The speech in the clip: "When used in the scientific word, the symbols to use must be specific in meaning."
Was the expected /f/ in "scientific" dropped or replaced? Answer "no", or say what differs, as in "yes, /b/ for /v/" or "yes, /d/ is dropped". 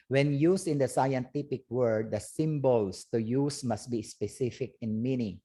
yes, /p/ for /f/